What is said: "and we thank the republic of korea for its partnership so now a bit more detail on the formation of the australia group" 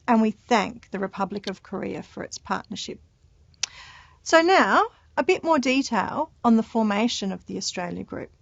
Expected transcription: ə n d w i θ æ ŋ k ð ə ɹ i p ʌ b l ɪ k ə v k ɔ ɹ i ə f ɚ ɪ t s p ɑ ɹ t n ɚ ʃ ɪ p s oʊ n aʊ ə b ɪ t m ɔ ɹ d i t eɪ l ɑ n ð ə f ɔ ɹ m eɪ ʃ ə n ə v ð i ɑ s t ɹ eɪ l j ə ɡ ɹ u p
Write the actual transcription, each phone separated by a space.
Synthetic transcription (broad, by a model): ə n w i θ æ ŋ k ð ə ɹ i p ʌ b l ɪ k ə v k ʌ ɹ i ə f ɚ ɪ t s p ɑ ɹ t n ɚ ʃ ɪ p s oʊ n aʊ ə b ɪ t m ɔ ɹ d i t eɪ l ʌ n ð ə f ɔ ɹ m eɪ ʃ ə n ə v ð i ɑ s t ɹ eɪ l j ə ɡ ɹ u p